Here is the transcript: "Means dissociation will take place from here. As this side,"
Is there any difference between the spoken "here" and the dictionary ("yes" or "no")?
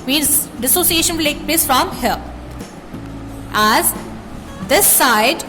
yes